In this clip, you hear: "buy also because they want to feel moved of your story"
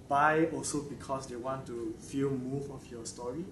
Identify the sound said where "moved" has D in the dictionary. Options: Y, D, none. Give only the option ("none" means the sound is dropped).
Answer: none